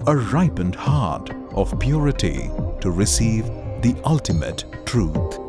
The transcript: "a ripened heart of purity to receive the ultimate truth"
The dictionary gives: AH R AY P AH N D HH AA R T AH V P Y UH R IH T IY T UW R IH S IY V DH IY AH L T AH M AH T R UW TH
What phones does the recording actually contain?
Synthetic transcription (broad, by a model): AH R AY P AH N D HH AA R T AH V P Y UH R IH T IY T UW R IH S IY V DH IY AH L T AH M AH T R UW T